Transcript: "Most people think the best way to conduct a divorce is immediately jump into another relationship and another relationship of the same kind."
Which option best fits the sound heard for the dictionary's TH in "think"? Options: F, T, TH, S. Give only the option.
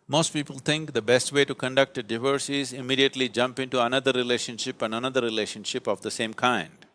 T